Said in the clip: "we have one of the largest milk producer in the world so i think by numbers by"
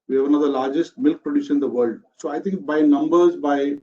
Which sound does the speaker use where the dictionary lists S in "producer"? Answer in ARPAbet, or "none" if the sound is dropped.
SH